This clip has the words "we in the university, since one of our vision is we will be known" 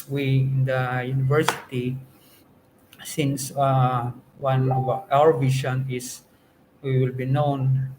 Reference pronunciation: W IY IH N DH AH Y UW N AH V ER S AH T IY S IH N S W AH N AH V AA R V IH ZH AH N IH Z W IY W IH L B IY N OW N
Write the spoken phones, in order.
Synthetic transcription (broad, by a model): W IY IH N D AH Y UW N AH V ER S AH T IY S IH N S W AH N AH W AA R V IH SH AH N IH S W IY W IH L B IY N OW N